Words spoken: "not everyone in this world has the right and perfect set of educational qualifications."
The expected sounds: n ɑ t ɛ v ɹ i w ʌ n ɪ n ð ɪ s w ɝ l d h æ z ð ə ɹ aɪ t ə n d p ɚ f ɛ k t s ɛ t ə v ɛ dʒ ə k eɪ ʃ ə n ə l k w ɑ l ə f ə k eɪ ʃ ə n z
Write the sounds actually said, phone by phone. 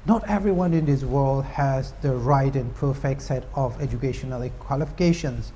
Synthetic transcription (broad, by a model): n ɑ t ɛ v ɹ i w ʌ n ɪ n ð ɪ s w ɝ l d h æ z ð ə ɹ aɪ t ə n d p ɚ f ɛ k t s ɛ t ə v ɛ dʒ ə k eɪ ʃ ə n ə l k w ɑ l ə f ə k eɪ ʃ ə n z